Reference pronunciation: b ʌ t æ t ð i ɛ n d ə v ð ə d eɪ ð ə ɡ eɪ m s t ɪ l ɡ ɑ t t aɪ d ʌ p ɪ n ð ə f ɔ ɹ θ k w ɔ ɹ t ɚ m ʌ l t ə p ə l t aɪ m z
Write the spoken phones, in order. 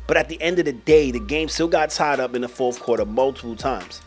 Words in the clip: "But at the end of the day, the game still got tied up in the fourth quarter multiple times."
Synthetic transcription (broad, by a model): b ʌ t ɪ t ð i ɛ n d ə v ð ə d eɪ ð ə ɡ eɪ m s t ɪ l ɡ ɑ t t aɪ d ʌ p ɪ n ð ə f ɔ ɹ θ k w ɔ ɹ t ɚ m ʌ l t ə p l t aɪ m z